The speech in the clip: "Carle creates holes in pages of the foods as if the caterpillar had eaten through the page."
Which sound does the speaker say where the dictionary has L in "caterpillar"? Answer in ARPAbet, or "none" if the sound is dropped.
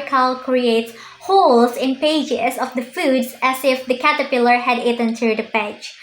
L